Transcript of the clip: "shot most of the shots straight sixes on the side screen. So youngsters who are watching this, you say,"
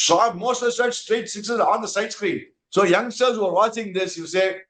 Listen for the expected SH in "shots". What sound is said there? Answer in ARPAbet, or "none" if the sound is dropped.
S